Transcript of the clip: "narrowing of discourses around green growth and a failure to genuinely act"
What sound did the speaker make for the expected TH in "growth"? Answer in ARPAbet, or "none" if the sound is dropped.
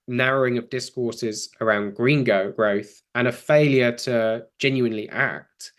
TH